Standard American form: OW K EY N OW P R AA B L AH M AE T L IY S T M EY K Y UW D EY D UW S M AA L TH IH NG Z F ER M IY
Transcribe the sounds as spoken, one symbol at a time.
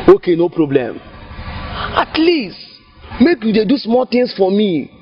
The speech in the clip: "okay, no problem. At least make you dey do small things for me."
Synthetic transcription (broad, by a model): OW K EY N OW P R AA B L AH M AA T L IY S T M EY K Y UW D EY D UW S M AA L T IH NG S F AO M IY